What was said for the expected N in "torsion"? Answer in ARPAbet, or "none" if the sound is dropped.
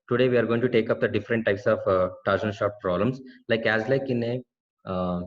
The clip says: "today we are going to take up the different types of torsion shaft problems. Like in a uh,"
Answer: L